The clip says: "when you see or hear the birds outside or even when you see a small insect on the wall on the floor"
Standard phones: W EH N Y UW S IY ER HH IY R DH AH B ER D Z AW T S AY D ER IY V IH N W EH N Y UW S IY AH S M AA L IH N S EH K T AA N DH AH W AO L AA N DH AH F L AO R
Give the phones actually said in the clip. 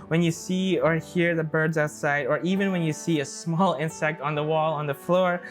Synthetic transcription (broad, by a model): W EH N Y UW S IY ER HH IY R DH AH B ER D Z AW T S AY D ER IY V IH N W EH N Y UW S IY AH S M AA L IH N S EH K T N DH AH W AO L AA N DH AH F L AO R